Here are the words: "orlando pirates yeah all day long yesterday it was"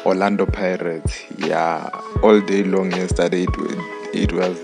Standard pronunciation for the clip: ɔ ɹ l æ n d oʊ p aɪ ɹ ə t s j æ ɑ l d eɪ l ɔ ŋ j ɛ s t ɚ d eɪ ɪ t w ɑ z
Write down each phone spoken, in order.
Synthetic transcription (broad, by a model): ɔ l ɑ n d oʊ p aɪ ɹ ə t j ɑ ɑ l d eɪ l ɔ ŋ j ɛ s t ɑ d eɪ ɪ t w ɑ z